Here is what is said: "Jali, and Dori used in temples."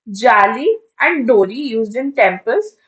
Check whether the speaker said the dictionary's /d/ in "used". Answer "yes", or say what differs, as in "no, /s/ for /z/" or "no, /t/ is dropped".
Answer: yes